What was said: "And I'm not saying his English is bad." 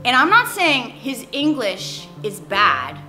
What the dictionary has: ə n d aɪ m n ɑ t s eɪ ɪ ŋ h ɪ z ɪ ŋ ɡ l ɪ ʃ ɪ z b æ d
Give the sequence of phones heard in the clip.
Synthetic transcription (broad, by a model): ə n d aɪ m n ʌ t s eɪ ɪ ŋ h ɪ z ɪ ŋ ɡ l ɪ ʃ ɪ z b æ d